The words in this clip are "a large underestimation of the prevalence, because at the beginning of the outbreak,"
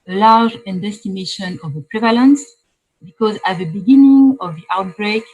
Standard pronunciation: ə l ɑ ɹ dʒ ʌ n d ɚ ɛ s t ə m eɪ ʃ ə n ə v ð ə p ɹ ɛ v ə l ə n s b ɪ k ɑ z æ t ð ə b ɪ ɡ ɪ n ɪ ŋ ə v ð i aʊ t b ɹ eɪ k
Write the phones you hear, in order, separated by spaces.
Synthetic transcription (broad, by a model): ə l ɑ ɹ dʒ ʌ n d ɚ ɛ s t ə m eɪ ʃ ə n ə v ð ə p ɹ ɛ v ə l ə n s b ɪ k ɑ z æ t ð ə b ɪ ɡ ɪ n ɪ ŋ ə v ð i aʊ t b ɹ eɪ k